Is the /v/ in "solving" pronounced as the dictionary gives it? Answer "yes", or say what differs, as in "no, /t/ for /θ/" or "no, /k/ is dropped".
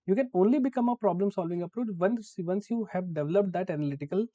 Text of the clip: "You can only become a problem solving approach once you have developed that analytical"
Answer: yes